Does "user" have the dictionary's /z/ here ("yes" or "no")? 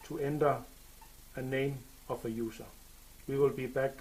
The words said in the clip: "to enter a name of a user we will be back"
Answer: no